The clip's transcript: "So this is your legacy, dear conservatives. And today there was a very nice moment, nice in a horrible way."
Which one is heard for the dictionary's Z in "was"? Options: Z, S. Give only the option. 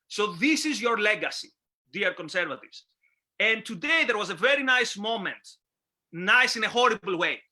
Z